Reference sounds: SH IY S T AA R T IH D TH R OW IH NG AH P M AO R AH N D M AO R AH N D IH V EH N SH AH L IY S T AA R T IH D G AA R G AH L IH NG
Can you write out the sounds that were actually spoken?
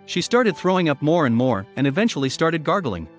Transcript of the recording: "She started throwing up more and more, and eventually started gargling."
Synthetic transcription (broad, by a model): SH IY S T AA R T IH D TH R OW IH NG AH P M AO R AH N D M AO R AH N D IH V EH N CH L IY S T AA R T IH D G AA R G L IH NG